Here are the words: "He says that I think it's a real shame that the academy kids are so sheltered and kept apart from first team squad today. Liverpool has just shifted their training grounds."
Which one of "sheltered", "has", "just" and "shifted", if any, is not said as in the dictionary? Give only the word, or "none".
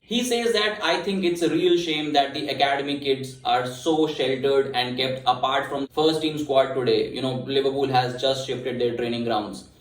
none